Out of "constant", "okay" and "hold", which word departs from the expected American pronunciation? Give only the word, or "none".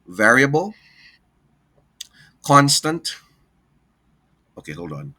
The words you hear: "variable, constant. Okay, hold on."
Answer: none